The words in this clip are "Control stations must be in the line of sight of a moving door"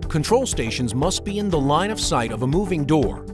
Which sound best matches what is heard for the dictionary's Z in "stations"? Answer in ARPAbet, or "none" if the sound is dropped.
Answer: Z